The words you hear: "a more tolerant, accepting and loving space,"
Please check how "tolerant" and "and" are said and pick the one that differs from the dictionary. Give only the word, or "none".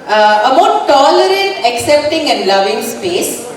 tolerant